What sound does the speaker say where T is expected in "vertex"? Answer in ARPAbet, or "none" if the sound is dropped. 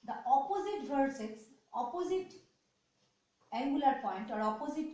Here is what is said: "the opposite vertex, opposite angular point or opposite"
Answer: S